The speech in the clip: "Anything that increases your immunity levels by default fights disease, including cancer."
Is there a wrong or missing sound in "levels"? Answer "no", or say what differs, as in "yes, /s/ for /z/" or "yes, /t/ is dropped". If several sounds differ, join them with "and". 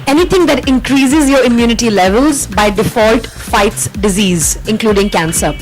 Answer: no